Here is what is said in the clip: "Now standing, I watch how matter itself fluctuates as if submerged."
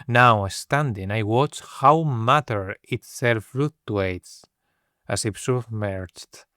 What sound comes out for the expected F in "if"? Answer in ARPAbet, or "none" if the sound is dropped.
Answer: P